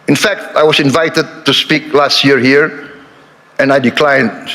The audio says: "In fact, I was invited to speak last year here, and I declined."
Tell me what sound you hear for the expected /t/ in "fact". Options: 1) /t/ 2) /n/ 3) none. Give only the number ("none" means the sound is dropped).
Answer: 1